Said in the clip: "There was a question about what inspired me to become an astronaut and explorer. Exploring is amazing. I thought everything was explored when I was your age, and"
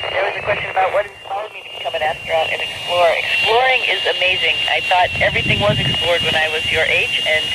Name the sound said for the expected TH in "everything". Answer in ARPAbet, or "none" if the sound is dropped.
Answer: TH